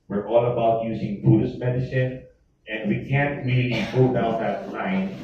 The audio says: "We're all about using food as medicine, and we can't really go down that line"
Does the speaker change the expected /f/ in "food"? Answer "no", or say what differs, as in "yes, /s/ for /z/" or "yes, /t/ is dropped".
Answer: yes, /p/ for /f/